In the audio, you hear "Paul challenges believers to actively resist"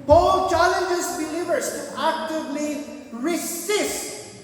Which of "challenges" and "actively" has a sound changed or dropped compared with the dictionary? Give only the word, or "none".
challenges